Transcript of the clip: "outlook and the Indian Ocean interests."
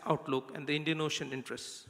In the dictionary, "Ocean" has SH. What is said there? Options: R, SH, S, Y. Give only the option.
SH